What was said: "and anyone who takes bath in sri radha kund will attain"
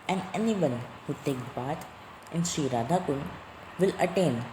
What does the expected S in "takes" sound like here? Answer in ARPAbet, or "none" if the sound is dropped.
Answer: none